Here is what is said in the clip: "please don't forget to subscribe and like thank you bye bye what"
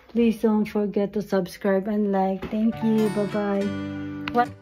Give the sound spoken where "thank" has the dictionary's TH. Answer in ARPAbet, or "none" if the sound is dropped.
T